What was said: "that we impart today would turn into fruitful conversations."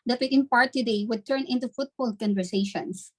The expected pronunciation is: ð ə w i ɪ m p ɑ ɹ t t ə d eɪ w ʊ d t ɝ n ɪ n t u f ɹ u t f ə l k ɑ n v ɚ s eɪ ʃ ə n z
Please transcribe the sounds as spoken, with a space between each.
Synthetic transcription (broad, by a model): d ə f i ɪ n p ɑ ɹ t t ə d eɪ w ʊ d t ɝ n ɪ n t u f u t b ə l k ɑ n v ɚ s eɪ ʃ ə n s